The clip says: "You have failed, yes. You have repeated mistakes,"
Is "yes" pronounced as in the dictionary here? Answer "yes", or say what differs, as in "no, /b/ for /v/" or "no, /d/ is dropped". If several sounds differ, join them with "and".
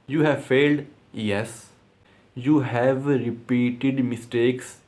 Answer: yes